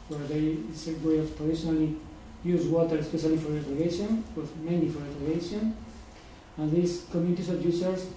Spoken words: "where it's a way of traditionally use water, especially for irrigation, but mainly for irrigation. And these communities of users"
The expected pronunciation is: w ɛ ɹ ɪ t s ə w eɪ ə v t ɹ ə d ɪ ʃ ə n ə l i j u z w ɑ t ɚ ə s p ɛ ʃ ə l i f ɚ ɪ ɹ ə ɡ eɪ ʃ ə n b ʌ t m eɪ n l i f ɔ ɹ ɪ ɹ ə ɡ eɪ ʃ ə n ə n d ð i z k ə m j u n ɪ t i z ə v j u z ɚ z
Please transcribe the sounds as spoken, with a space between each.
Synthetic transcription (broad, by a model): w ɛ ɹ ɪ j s ə w eɪ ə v t ɹ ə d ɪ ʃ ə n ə l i j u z w ɑ t ɚ ə s p ɛ ʃ ə l i f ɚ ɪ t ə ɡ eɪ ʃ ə n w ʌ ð m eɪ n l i f ɔ ɹ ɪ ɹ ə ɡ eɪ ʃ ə n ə n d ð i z k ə m j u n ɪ t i s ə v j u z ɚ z